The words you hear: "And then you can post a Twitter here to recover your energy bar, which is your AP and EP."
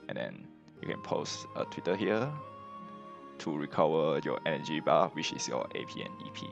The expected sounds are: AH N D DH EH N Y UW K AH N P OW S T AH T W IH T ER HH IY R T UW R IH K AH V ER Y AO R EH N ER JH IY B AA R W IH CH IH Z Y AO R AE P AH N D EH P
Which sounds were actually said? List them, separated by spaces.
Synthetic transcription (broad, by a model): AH N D EH N Y UW K AH N P OW S T AH T W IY T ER HH IY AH T UW R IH K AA V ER Y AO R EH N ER JH IY B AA W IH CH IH S Y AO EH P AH N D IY P